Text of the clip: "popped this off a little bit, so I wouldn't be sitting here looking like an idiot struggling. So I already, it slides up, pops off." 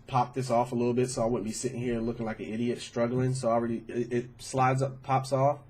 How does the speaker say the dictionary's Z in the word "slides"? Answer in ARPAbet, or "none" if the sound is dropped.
Z